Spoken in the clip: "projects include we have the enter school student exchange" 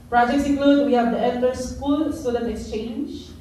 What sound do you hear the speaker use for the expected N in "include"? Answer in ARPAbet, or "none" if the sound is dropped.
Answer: none